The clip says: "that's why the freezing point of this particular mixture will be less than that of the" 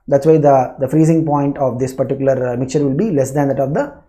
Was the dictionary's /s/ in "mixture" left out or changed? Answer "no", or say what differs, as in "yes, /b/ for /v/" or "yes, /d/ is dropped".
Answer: no